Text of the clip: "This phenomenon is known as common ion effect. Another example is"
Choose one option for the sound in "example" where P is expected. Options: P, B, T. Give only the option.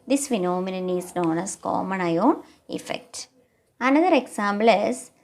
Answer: B